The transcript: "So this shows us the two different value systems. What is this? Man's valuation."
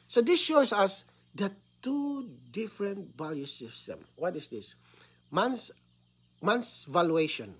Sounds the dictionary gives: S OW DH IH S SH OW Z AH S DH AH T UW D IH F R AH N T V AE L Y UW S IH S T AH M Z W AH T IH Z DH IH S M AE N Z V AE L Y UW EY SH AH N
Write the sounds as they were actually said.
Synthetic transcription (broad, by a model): S OW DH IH S SH OW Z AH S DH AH T UW D IH F R AH N T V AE L Y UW S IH S T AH M W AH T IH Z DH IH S M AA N S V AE L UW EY SH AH N